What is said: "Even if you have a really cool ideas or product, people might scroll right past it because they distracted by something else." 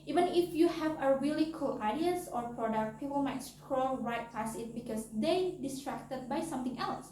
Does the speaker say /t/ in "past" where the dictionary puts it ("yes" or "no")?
no